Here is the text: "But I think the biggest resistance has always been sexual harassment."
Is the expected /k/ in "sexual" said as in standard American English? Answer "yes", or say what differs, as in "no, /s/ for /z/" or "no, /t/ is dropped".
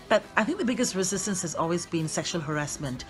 yes